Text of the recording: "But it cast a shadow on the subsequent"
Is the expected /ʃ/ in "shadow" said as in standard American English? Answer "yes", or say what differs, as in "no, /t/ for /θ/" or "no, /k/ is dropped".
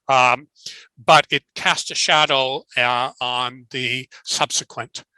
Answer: yes